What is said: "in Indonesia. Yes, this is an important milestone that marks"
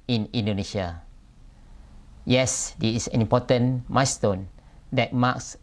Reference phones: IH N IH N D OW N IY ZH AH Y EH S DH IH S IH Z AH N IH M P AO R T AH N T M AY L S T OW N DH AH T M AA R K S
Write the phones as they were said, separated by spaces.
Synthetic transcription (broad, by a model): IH N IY N D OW N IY SH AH Y EH S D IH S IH S AH N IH M P AO T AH N M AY S T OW N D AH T M AA K S